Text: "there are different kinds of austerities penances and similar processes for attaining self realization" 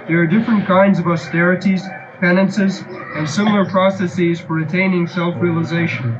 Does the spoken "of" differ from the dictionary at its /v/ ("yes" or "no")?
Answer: no